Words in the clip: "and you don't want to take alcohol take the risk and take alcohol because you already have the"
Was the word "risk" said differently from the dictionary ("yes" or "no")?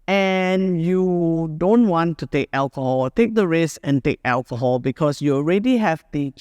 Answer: yes